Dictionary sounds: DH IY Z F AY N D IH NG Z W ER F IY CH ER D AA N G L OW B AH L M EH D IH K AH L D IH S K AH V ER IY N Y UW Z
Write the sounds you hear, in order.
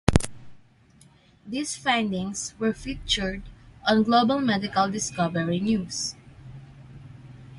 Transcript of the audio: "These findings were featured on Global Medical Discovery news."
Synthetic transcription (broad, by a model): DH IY S F AY N D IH NG S W ER F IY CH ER D AA N G L OW B AH L M EH D IH K AH L D IH S K AH V ER IY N Y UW S